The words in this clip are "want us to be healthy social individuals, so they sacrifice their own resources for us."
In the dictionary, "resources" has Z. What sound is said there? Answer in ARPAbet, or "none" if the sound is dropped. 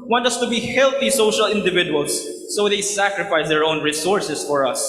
S